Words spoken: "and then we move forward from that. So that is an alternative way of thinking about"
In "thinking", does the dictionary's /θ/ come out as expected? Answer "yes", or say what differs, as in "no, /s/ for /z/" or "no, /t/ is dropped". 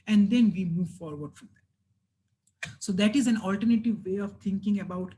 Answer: no, /t/ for /θ/